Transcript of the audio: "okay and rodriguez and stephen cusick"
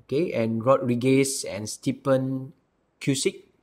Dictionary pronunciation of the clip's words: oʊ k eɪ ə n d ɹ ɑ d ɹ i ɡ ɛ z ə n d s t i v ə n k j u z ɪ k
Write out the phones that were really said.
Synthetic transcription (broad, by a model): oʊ k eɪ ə n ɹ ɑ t ɹ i ɡ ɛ s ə n s t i p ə n k j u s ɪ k